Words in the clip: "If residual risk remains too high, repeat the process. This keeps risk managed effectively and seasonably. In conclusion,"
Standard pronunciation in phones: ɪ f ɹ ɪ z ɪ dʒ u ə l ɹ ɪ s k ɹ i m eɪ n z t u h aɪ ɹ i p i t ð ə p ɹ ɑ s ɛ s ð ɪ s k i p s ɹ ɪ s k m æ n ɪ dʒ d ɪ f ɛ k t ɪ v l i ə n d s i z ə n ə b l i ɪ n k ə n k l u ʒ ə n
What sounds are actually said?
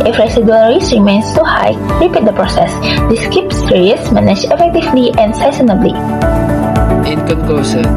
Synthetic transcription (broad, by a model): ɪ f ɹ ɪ s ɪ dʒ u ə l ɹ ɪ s ɹ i m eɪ n s t u h aɪ ɹ i p i t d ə p ɹ ɑ s ɛ s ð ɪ s k i p s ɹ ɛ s m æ n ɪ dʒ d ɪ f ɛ k t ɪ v l i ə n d s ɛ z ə n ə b l i ɪ n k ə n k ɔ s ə